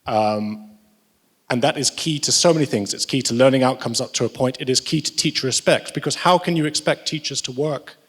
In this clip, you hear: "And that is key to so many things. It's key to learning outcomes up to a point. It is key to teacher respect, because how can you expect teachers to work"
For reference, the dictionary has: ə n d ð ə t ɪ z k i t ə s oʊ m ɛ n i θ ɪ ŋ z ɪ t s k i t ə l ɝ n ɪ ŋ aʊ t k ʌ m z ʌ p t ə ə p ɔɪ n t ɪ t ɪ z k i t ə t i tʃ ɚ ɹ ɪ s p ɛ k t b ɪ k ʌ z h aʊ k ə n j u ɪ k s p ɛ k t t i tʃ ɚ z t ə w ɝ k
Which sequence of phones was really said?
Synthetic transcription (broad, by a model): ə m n ð ə t ɪ z k i t ə s oʊ m ɛ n i θ ɪ ŋ z ɪ t s k i t ə l ɝ n ɪ ŋ aʊ t k ʌ m z ʌ p t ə ə p ɔɪ n t ɪ t ɪ z k i t ə t i tʃ ɹ ɪ s p ɛ k t b ɪ k ʌ z h aʊ k ə n j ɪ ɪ k s p ɛ k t t i tʃ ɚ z t ə w ɝ k